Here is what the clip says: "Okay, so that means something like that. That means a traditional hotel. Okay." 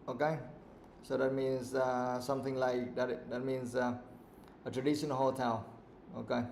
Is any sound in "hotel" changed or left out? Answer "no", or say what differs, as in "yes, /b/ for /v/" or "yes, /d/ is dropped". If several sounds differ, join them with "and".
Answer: no